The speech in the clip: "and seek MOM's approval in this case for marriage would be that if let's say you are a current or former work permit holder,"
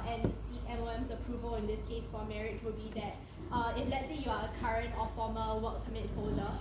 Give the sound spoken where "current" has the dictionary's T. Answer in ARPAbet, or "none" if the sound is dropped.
T